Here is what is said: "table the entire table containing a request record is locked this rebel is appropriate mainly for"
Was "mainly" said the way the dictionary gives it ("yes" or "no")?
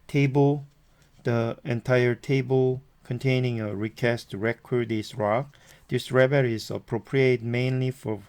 yes